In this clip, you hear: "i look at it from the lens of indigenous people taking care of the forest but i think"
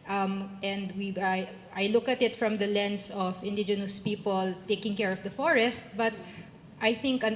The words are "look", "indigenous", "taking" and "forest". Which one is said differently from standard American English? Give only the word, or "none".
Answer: none